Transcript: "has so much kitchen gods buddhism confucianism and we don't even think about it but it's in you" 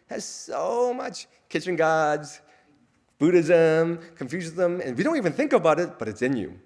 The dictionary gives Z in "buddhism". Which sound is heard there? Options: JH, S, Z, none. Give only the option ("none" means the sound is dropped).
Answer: Z